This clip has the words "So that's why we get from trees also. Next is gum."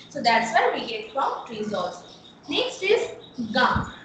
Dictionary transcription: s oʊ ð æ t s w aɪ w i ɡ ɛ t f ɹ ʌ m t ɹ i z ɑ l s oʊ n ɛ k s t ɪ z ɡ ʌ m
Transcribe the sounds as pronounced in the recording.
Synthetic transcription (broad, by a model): s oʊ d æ t s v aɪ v i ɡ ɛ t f ɹ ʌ m t ɹ i z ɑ s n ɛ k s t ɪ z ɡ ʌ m